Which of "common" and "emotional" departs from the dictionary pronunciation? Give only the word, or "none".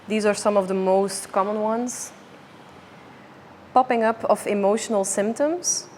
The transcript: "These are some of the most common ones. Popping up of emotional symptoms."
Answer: none